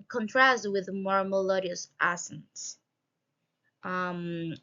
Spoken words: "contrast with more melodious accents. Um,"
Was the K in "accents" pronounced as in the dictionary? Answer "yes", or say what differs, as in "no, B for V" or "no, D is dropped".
no, K is dropped